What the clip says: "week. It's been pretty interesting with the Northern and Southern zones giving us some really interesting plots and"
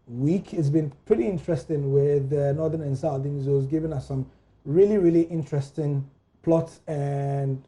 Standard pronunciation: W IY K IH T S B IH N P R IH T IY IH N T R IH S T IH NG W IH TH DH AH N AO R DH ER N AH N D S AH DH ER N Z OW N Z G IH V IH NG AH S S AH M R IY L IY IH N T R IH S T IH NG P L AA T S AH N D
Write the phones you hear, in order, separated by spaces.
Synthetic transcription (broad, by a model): W IY K IH T S B IH N P R IH T IY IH N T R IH S T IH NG W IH DH AH N AO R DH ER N AH N D S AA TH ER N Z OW Z G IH V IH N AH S S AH M R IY L IY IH N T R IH S T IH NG P L AA T S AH N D